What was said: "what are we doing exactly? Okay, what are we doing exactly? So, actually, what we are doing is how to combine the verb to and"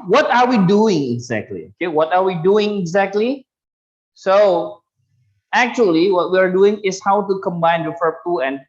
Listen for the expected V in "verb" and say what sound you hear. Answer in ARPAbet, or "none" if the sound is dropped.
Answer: F